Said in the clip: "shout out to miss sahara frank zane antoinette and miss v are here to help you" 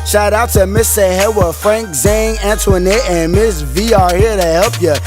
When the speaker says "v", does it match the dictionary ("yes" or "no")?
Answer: yes